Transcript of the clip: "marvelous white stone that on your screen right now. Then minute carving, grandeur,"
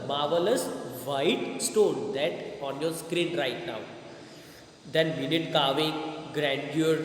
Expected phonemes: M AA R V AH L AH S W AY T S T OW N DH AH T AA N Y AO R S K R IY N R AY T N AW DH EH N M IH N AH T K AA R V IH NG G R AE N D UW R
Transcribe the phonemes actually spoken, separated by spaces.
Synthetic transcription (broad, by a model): M AA R V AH L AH S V AY T S T OW N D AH T AA N Y AO R S K R IY N R AY T N AW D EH N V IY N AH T K AA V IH G R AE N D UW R